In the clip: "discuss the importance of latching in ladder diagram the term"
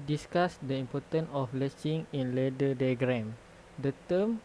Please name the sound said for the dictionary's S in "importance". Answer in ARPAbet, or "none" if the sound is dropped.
none